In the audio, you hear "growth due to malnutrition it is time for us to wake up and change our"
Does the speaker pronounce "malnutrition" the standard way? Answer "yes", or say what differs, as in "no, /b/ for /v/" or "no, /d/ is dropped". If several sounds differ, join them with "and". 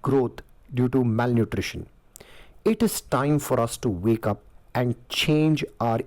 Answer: yes